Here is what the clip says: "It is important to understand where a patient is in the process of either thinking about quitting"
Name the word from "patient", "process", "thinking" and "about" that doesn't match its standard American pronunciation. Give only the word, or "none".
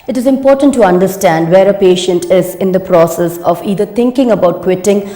thinking